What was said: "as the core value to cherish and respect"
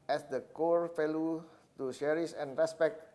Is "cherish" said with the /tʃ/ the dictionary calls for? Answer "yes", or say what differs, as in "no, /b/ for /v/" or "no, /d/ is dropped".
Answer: no, /ʃ/ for /tʃ/